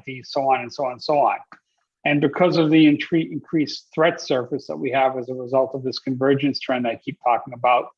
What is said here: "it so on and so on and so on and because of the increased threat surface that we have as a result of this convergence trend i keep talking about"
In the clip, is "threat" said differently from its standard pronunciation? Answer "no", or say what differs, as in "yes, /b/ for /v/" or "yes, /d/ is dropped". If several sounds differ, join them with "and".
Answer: no